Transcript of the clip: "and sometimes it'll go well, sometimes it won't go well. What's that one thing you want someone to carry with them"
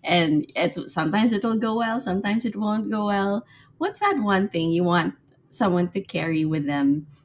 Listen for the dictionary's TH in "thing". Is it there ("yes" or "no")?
yes